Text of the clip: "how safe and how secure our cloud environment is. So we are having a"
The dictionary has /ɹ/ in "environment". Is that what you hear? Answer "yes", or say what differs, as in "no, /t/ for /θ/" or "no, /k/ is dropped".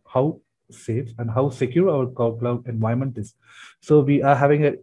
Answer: no, /ɹ/ is dropped